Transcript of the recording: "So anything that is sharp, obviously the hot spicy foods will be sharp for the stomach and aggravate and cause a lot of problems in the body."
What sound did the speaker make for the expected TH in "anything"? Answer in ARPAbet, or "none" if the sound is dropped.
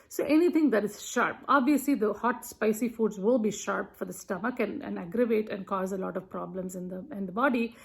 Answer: T